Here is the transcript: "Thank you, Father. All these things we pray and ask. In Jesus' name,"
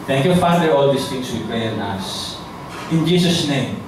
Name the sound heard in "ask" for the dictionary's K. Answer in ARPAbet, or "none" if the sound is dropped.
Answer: none